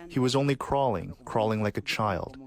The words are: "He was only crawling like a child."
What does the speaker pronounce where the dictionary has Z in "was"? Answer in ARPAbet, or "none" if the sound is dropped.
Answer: Z